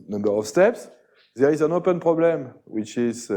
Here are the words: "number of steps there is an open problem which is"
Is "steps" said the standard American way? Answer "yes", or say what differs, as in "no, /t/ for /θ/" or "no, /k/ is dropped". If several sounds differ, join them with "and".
yes